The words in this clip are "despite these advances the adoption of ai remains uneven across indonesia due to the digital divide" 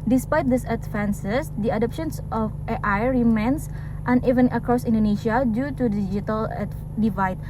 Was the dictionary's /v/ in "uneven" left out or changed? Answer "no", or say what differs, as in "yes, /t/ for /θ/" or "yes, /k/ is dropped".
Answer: no